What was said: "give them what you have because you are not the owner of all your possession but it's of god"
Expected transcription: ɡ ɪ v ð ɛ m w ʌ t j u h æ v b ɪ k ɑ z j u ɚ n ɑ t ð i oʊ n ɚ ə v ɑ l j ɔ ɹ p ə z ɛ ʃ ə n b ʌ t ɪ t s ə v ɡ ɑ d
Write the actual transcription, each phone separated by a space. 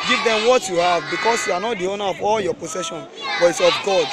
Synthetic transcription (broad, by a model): ɡ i v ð ɛ m w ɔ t j u h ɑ v b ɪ k ɑ s j u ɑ n ɑ t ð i oʊ n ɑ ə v ɑ l j ɔ p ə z ɛ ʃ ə n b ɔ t ɪ t s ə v ɡ ɑ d